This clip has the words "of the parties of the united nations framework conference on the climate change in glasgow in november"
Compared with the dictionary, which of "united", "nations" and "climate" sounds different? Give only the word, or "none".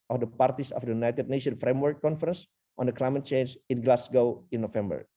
nations